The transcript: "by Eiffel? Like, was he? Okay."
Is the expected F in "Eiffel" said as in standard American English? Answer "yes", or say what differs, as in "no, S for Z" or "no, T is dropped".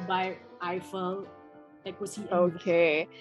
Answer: yes